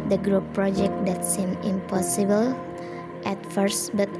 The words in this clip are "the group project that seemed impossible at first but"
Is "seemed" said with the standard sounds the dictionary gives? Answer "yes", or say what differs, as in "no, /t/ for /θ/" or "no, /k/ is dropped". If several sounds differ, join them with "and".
no, /d/ is dropped